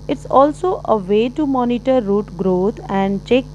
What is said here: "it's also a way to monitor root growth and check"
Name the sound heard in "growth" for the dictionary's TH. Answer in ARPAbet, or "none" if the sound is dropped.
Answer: T